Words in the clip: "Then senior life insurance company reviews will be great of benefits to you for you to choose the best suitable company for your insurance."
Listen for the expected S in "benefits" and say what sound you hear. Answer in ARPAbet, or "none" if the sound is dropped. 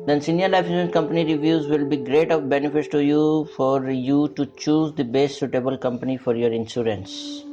none